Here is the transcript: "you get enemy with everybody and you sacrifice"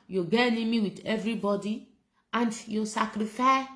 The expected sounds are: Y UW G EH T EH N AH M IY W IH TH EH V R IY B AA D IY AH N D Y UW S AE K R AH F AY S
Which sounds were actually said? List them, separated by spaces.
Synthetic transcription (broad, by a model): Y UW G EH EH N AH M IY W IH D EH V R IY B AA D IY AH N D Y UW S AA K R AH F AY